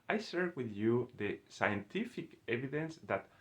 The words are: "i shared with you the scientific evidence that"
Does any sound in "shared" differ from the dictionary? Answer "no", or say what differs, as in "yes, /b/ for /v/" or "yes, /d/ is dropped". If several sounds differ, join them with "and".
yes, /s/ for /ʃ/